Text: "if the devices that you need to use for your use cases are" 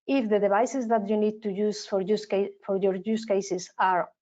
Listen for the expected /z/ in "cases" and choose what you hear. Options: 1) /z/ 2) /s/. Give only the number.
2